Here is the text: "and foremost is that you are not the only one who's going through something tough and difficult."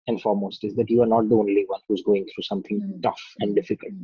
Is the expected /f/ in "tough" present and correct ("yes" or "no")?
yes